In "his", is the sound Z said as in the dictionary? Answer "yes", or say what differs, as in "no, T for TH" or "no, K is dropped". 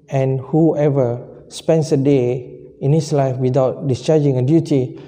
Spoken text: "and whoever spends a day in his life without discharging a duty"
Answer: no, S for Z